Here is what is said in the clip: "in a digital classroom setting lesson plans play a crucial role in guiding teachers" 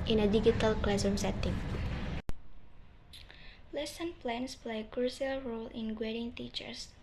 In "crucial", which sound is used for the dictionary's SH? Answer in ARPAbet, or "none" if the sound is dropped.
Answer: S